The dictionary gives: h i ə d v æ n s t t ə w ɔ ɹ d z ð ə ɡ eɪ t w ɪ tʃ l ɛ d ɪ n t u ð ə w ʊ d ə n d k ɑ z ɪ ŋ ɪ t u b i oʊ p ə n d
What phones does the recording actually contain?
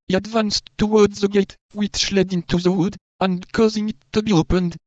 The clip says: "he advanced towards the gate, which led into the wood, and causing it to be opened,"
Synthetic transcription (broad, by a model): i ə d v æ n s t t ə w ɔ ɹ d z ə ɡ eɪ t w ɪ ʃ l ɛ d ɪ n t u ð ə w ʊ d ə n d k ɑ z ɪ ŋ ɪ t u b i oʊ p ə n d